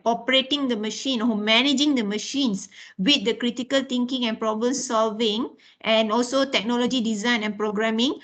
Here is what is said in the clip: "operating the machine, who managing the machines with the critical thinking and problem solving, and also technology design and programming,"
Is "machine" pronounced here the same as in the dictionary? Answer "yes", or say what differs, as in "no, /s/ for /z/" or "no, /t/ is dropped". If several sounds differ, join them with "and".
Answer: yes